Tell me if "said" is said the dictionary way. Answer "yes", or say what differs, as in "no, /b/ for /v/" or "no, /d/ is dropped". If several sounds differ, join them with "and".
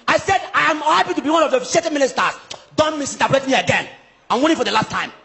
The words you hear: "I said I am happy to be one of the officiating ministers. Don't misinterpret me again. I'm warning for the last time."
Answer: yes